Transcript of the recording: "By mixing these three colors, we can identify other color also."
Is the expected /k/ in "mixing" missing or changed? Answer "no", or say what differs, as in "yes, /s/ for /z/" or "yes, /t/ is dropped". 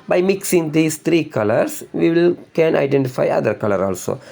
no